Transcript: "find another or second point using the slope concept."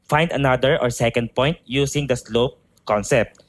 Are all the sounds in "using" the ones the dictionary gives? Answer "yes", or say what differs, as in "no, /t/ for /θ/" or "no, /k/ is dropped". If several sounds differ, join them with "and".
no, /s/ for /z/